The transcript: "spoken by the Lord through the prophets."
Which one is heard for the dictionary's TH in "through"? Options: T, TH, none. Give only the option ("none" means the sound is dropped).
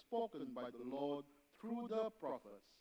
T